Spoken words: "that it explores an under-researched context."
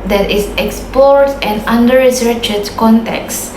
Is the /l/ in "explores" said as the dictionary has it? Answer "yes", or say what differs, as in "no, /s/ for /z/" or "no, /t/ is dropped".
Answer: no, /l/ is dropped